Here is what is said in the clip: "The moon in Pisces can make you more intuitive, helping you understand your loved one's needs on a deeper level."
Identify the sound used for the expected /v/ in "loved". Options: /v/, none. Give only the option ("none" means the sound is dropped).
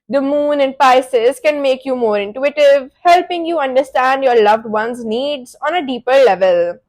/v/